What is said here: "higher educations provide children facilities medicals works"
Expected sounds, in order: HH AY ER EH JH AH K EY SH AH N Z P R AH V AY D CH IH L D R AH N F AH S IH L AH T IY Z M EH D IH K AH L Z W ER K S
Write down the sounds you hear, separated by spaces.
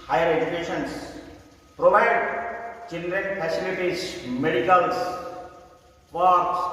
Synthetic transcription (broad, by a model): HH AY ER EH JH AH K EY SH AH N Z P R AH V AY D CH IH N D R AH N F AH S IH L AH T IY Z M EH D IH K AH L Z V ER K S